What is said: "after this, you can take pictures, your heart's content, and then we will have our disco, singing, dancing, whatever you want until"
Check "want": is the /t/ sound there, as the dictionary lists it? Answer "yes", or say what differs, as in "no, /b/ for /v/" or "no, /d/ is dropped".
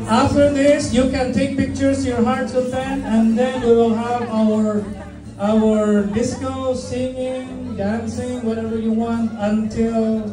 yes